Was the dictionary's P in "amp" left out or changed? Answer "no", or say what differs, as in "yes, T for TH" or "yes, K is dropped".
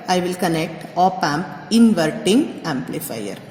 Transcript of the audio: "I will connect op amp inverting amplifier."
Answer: no